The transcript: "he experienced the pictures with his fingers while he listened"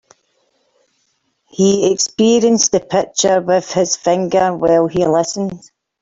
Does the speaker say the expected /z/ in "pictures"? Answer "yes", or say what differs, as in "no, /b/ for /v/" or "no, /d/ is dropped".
no, /z/ is dropped